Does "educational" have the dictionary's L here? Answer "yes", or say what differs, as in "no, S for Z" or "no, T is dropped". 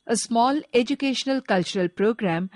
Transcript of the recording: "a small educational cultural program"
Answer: yes